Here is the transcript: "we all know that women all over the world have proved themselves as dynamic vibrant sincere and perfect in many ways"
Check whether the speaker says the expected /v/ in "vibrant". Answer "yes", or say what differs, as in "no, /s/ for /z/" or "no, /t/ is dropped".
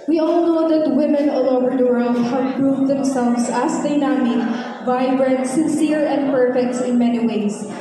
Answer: yes